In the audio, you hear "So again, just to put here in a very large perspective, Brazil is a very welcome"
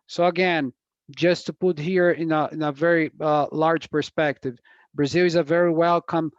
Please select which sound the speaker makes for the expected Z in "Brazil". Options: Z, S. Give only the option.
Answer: Z